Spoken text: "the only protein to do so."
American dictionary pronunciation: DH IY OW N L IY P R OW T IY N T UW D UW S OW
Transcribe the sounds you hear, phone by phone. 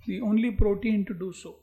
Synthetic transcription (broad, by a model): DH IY OW N L IY P R OW T IY N T UW D UW S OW